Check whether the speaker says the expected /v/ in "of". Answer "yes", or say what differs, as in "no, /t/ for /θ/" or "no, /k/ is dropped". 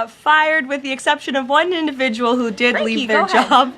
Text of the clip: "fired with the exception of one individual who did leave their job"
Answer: yes